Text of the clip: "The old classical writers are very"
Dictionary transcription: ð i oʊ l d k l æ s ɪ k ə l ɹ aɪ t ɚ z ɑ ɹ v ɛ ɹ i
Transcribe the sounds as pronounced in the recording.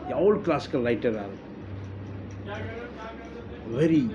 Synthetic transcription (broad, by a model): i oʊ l k l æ s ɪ k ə l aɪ t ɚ ɑ l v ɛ ɹ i